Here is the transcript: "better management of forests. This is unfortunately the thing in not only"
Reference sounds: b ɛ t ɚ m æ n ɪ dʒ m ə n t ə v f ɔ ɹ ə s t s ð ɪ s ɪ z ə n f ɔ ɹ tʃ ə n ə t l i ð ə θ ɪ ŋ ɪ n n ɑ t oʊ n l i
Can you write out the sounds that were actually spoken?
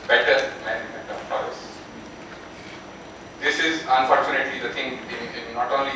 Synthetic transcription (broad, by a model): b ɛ t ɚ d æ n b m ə t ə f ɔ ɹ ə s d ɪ s ɪ z ə n f ɔ ɹ tʃ ə n ə t l i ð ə t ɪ ŋ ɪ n n ɑ t oʊ n l i